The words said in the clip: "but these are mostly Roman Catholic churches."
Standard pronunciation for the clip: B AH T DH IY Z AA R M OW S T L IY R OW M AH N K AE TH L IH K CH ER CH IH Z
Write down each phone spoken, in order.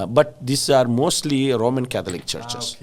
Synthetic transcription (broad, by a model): B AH T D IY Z AA R M OW S T L IY R OW M AH N K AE T L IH K CH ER CH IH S